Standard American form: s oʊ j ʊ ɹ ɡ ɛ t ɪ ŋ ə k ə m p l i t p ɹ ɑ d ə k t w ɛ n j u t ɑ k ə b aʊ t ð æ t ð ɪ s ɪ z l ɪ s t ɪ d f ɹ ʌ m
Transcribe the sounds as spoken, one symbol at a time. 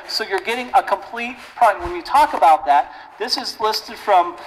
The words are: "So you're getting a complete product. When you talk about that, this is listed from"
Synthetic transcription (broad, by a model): s oʊ j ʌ ɹ ɡ ɛ t ɪ ŋ ə k ə m p l i t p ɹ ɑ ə w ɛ n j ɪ t ɑ k ə b aʊ t ð æ t ð ɪ s ɪ z l ɪ s t ɪ d f ɹ ʌ m